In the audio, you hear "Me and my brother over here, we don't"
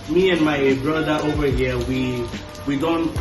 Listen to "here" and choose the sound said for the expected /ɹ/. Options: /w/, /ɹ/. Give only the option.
/w/